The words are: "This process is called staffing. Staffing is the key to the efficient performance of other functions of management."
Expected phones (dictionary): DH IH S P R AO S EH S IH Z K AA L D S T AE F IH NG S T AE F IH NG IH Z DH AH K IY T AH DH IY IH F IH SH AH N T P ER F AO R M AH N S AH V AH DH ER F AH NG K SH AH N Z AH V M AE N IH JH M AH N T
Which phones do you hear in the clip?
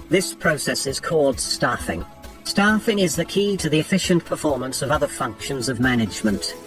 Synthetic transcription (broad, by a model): DH IH S P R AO S EH S IH Z K AA L D S T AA F IH NG S T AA F IH NG IH Z DH AH K IY T AH DH IY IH F IH SH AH N P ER F AO R M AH N S AH V AH DH ER F AH NG K SH AH N Z AH V M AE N IH JH M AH N T